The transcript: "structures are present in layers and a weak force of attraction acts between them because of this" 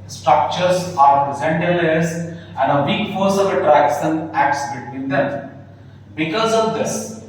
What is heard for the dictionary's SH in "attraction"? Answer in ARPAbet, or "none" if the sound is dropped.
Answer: S